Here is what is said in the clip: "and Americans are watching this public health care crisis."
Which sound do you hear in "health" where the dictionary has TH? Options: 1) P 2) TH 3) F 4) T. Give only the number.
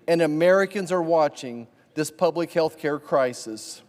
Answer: 2